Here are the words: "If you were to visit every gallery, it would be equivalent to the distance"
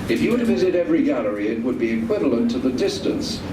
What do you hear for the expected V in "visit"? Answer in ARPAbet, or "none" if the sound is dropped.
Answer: V